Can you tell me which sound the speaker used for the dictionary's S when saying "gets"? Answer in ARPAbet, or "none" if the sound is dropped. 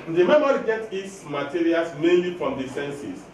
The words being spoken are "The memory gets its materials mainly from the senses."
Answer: none